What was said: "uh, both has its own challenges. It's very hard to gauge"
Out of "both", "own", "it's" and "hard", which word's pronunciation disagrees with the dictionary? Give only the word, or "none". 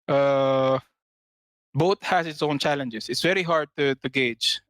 both